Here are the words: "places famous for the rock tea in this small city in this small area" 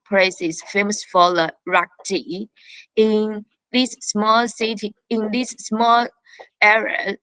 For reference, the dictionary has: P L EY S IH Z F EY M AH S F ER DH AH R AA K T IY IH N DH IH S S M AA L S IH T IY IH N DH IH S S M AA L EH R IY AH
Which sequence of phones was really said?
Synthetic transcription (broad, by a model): P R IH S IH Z F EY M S F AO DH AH R AA K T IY IH N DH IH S S M AA L S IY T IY IH N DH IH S S M AA L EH R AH